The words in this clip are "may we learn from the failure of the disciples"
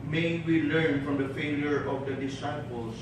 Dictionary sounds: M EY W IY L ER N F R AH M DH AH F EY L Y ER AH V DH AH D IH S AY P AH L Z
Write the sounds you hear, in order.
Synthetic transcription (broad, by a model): M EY W IY L ER N F R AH M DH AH F EY L Y ER AH V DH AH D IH S AY P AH L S